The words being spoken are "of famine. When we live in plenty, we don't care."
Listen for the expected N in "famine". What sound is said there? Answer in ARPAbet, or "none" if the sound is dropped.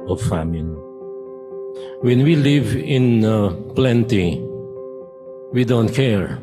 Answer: L